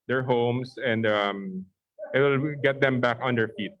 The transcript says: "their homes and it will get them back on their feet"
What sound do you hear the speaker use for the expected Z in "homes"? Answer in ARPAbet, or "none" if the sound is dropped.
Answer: S